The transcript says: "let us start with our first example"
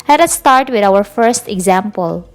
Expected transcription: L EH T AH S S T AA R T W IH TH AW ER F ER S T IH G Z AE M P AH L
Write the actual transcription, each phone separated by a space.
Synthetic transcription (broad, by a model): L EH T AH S S T AA R T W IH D AW ER F ER S T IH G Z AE M P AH L